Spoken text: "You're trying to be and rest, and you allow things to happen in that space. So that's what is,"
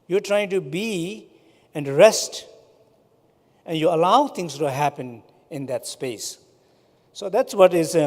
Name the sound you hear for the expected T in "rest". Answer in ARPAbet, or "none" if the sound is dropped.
T